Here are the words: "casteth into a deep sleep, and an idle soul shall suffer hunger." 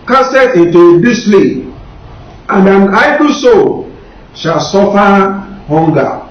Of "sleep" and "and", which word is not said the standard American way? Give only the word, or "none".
sleep